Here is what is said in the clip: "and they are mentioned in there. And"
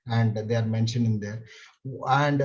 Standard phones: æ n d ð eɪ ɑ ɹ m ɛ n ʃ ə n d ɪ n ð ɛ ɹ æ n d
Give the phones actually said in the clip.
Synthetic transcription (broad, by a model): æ n d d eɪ ɑ ɹ m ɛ n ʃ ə n ɪ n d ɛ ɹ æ n d